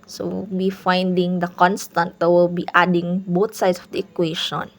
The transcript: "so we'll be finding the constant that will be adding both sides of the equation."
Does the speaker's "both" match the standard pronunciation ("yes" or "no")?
no